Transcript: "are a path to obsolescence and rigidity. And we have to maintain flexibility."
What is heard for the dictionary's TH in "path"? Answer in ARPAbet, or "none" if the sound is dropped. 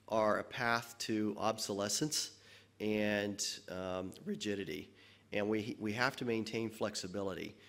TH